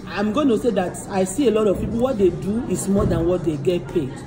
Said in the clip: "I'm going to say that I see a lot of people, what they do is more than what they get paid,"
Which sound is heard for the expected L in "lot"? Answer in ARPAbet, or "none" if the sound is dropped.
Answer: L